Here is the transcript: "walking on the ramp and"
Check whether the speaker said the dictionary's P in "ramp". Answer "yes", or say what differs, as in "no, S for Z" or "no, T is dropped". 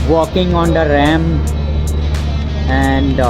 no, P is dropped